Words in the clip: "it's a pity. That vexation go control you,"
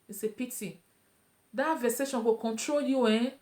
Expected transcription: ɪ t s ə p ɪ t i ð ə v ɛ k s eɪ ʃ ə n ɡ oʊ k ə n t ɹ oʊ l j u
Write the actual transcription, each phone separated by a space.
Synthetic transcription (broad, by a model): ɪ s ə p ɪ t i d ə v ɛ s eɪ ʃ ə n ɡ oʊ k ə n t ɹ oʊ l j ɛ